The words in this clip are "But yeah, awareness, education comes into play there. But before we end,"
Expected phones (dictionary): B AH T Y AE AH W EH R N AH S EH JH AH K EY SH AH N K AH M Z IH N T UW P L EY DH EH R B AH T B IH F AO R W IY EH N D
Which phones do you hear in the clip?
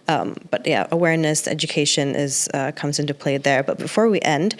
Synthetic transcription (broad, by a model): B AH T Y AE AH W EH R N AH S EH JH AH K EY SH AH N K AH M Z IH N T UW P L EY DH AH R B AH T B IH F AO R W IY EH N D